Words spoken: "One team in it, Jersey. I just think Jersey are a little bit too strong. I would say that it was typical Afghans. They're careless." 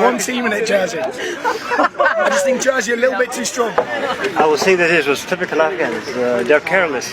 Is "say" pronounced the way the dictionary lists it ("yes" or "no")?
no